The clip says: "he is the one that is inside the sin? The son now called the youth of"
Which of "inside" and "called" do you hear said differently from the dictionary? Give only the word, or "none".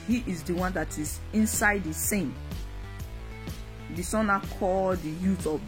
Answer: none